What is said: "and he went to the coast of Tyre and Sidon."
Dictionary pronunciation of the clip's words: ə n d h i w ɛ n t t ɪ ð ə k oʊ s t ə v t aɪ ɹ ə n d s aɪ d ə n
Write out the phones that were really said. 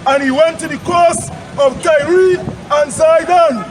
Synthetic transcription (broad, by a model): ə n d h i w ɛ n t t ɪ ð ə k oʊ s ə v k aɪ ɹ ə n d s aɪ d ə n